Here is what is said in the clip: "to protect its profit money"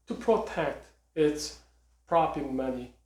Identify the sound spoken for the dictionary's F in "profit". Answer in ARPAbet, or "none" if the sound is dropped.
P